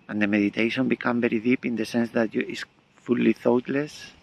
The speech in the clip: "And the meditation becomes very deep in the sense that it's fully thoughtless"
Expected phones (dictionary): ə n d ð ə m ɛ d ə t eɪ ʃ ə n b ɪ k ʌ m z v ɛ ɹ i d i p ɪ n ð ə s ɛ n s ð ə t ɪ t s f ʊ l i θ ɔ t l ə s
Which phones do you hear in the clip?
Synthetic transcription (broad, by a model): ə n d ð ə m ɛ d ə t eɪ ʃ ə n b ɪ k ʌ m v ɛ ɹ i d i p ɪ n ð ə s ɛ n s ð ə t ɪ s f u l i θ ɔ t l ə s